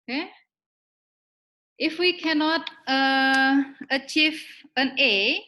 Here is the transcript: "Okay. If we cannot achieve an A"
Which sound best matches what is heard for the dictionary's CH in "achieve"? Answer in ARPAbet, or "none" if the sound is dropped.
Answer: CH